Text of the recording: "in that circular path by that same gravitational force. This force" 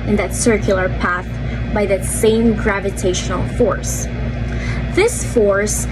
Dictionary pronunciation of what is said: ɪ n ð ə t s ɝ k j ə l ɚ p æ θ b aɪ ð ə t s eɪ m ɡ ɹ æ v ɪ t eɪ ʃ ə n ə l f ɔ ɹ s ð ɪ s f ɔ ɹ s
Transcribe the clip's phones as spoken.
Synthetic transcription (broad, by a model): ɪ n ð ə t s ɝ k j l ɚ p æ θ b aɪ ð ə t s eɪ m ɡ ɹ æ v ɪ t eɪ ʃ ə n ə l f ɔ ɹ s ð ɪ s f ɔ ɹ s